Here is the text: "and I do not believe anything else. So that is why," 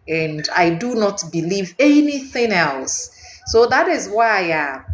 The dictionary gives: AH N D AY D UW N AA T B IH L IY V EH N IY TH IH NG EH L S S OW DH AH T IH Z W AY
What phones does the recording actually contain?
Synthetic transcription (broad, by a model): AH N D AY D UW N AA T B IH L IY V EH N IY TH IH NG EH L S S OW DH AH T IH Z W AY